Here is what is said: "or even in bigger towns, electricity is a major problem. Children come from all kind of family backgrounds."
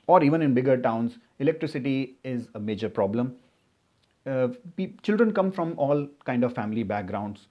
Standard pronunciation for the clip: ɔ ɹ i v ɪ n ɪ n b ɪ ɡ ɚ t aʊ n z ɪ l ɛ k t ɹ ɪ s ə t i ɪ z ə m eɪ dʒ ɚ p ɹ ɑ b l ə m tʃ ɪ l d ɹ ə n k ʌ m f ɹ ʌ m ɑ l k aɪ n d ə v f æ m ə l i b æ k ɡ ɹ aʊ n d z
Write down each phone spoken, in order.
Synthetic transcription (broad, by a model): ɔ ɹ i v ɪ n ɪ n b ɪ ɡ ɚ t aʊ n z ɪ l ɛ k t ɹ ɪ s ə t i ɪ z ə m eɪ dʒ ɚ p ɹ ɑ b l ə m tʃ ɪ l d ɹ ə n k ʌ m f ɹ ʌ m ɑ l k aɪ n d ə v f æ m ə l i b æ k ɡ ɹ aʊ n d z